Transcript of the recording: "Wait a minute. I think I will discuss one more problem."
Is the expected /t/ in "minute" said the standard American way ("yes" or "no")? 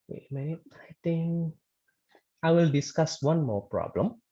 no